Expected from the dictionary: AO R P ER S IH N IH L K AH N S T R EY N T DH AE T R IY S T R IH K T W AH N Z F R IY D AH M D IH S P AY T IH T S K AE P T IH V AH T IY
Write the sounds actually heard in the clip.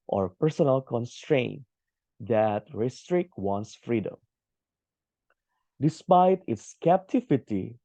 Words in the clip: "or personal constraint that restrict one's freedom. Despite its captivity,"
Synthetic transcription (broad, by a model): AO R P ER S IH N IH L K AH N S T R EY N T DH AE T R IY S T R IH K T W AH N S F R IY D AH M D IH S P AY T IH T S K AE P T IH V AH T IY